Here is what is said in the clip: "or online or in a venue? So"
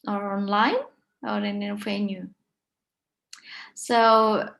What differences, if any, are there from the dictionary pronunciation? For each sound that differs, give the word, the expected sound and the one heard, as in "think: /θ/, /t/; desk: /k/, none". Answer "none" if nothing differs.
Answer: venue: /v/, /f/